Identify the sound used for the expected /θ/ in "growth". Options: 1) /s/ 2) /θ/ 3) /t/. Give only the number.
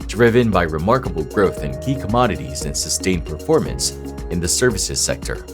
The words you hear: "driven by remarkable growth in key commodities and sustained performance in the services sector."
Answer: 2